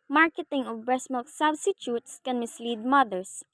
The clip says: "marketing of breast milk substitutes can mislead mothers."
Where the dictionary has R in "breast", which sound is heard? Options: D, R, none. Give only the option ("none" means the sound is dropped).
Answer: none